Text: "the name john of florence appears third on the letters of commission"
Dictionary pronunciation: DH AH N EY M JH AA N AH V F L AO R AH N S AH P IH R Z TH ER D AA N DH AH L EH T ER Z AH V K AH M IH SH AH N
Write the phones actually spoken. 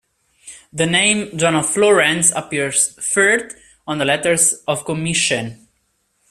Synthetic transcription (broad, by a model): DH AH N EY M JH AA N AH F L AO R AH N S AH P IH R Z F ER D AA N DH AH L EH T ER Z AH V K AH M IH SH AH N